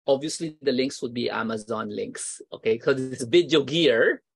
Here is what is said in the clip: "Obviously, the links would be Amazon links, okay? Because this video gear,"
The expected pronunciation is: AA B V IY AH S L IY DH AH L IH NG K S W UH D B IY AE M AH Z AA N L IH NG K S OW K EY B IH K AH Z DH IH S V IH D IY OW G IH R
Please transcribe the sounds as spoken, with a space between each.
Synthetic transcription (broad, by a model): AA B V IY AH S L IY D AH L IH NG K S W UH D B IY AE M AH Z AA N L IH NG K S OW K EY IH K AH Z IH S B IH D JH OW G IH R